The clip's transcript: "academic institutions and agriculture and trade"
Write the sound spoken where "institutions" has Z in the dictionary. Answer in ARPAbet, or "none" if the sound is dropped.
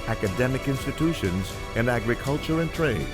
Z